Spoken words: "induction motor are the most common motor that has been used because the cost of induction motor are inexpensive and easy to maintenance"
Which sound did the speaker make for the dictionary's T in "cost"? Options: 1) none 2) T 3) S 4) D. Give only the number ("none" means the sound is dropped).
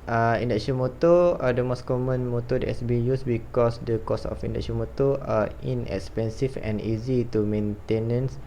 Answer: 1